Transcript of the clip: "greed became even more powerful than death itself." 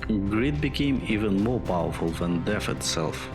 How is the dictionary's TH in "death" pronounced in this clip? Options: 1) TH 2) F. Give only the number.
2